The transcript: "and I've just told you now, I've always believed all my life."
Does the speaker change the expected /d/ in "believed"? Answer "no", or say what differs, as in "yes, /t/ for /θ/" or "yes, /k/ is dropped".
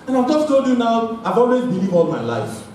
yes, /d/ is dropped